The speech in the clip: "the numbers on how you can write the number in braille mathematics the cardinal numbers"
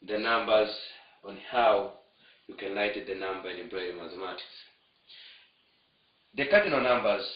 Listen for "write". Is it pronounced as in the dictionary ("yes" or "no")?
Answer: no